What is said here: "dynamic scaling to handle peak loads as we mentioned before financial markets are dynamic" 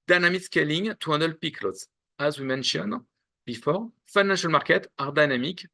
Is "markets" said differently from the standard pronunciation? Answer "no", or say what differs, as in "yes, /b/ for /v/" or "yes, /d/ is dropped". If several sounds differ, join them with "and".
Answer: yes, /s/ is dropped